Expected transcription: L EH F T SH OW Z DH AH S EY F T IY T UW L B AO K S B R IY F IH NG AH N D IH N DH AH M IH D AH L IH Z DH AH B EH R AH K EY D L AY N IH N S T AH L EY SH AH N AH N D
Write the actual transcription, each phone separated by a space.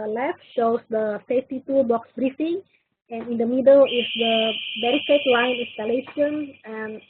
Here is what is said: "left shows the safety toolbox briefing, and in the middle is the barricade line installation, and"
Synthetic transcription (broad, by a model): L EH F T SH OW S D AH S EY F T IY T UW B AO K S B R IY F IH NG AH N IH N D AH M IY D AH L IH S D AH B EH R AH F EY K L AY N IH N S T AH L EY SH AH N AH N